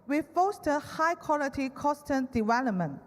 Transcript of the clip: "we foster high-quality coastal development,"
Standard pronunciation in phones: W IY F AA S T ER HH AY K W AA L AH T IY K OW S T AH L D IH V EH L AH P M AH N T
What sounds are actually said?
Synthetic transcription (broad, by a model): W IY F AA S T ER HH AY K W AA L AH T IY K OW S T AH N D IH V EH L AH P M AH N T